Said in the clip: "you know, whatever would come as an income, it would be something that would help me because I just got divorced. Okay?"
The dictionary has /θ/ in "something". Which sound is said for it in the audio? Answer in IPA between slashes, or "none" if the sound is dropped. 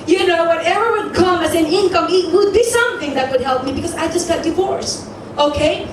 /θ/